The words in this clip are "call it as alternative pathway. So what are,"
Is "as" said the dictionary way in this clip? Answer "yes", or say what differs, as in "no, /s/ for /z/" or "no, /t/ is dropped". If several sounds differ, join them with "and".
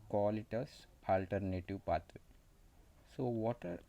no, /s/ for /z/